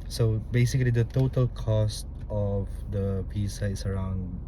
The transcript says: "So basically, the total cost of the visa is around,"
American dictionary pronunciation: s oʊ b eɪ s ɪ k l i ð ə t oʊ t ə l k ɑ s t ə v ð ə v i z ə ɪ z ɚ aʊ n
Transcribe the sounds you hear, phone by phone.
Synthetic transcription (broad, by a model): s oʊ b eɪ s ɪ k l i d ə t oʊ t ə l k ɑ s t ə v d ə p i s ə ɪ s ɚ aʊ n